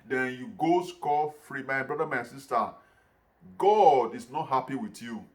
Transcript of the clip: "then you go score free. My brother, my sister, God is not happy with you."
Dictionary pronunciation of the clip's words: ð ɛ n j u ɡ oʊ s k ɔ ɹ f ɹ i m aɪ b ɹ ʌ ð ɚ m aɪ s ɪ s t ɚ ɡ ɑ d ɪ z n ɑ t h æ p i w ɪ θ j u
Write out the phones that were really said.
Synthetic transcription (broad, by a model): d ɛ n j u ɡ oʊ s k ɔ l f ɹ i m aɪ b ɹ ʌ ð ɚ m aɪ s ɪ s t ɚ ɡ ɑ d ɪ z n ɑ t h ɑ p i w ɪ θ j u